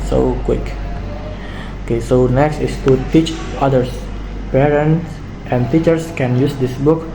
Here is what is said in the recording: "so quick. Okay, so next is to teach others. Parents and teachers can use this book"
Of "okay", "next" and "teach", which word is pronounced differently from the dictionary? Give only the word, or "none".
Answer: none